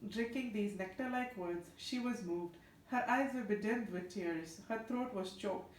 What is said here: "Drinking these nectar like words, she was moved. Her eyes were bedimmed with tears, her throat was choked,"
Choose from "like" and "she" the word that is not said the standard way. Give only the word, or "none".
none